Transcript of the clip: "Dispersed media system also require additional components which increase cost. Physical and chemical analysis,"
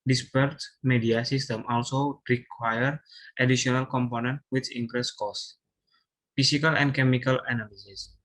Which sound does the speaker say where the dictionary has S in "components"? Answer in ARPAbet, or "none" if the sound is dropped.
none